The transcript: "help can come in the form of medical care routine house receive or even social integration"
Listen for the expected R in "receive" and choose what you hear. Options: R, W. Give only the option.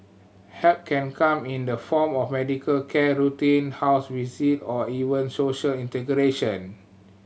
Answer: W